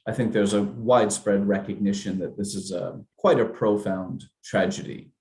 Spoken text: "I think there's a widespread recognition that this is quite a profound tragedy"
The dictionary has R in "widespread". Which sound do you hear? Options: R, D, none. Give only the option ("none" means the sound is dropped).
R